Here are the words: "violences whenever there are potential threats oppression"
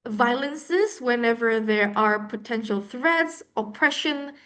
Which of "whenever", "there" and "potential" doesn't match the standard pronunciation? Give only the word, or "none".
none